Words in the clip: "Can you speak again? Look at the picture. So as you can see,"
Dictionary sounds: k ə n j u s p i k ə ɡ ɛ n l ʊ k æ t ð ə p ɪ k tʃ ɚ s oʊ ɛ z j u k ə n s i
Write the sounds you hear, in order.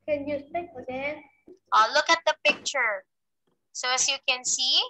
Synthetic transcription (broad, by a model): k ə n j u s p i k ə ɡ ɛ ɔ l ʊ k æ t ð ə p ɪ k tʃ ɚ s oʊ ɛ s j u k ə n s i